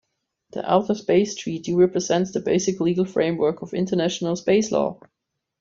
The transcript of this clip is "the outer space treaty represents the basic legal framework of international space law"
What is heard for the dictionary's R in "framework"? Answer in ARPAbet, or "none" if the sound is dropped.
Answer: R